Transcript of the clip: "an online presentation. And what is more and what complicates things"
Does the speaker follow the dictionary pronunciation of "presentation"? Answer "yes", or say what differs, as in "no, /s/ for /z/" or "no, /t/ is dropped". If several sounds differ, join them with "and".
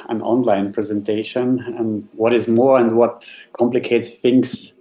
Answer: yes